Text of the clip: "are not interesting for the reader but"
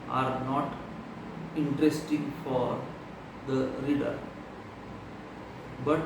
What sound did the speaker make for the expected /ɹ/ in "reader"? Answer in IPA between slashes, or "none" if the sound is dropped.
/ɹ/